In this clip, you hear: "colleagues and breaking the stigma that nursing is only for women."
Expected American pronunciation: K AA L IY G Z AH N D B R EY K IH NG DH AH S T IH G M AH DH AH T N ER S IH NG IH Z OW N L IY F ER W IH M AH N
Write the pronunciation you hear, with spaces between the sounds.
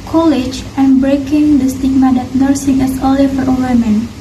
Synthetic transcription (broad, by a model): K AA L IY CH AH N B R EY K IH NG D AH S T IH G M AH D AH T N ER S IH NG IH S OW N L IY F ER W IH M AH N